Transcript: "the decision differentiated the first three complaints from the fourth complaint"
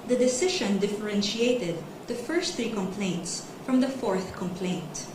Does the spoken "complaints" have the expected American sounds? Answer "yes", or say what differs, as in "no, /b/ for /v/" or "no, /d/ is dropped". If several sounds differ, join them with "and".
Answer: yes